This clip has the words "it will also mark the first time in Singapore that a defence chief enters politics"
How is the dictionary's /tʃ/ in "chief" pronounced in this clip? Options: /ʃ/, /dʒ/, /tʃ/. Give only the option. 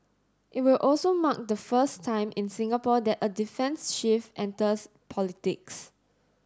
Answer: /ʃ/